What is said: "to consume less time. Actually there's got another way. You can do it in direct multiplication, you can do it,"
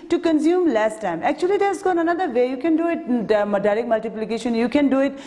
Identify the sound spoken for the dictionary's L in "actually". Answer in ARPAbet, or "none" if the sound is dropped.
L